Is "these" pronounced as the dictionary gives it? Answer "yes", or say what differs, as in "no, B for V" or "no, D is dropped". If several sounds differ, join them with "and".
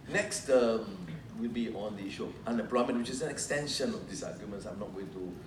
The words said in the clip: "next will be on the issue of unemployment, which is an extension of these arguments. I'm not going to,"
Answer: no, S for Z